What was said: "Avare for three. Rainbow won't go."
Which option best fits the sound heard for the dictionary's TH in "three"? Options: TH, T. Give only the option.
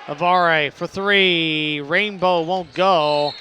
TH